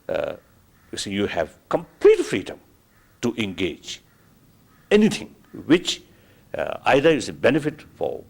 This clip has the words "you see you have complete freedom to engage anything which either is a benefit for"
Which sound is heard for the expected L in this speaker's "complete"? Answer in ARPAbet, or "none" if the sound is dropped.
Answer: L